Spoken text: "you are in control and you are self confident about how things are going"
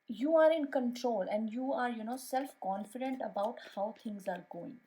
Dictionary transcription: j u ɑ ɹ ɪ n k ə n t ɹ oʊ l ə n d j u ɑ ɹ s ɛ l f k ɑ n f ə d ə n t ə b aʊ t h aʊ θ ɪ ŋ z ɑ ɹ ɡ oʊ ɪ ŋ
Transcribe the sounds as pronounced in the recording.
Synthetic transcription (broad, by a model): j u ɑ ɹ ɪ n k ə n t ɹ oʊ l ə n d j u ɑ ɹ s ɛ l f k ɑ n f ə d ə n t ə b aʊ t h aʊ t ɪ ŋ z ɑ ɹ ɡ oʊ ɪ ŋ